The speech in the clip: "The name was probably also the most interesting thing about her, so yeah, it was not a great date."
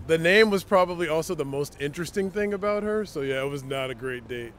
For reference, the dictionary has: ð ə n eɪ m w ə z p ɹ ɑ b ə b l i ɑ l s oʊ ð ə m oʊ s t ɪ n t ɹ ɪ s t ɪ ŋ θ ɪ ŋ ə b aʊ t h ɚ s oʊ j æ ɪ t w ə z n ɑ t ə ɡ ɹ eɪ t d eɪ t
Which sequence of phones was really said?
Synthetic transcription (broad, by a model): ð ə n eɪ m w ə z p ɹ ɑ b ə b l i ɑ l s oʊ ð ə m oʊ s t ɪ n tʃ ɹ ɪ s t ɪ ŋ θ ɪ ŋ ə b aʊ t h ɚ s oʊ j æ ɪ t w ə z n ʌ t ə ɡ ɹ eɪ t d eɪ t